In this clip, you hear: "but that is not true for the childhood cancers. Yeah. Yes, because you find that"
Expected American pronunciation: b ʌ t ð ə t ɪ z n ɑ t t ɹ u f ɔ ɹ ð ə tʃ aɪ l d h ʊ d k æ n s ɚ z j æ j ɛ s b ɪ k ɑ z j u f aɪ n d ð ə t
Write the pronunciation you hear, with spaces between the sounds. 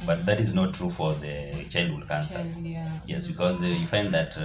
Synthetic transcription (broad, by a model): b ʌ t ð ə t ɪ z n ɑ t t ɹ u f ɔ ɹ ð ə tʃ aɪ l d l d k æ n s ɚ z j j ɛ s b ɪ k ɑ z j u f aɪ n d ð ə t